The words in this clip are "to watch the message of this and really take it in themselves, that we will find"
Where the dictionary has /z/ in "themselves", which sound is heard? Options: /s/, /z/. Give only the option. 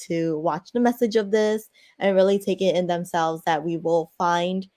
/z/